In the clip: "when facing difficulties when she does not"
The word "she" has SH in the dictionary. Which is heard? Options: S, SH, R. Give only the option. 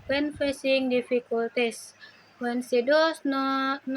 S